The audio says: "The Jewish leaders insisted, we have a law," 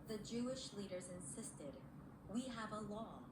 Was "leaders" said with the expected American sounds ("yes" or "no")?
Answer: yes